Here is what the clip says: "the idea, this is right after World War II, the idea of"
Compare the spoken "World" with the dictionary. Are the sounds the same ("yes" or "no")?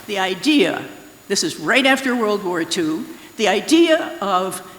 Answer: yes